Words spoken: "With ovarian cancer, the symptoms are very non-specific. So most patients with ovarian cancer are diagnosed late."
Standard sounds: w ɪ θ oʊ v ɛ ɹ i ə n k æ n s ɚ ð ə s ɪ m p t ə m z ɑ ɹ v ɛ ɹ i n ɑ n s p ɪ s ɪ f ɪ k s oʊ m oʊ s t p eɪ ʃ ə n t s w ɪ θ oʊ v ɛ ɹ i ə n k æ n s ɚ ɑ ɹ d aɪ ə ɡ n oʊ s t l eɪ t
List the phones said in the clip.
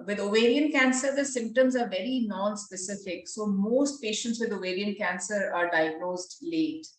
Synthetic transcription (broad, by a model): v ɪ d oʊ v ɛ ɹ i ə n k æ n s ɚ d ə s ɪ m p t ə m z ɑ ɹ v ɛ ɹ i n ɑ n s p ɪ s ɪ f ɪ k s oʊ m oʊ s t p eɪ ʃ ə n t s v ɪ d oʊ v ɛ ɹ i ə n k æ n s ɚ ɑ ɹ d aɪ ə ɡ n oʊ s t l eɪ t